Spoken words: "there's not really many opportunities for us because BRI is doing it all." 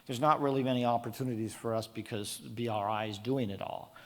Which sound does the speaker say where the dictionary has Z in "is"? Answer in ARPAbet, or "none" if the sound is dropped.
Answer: Z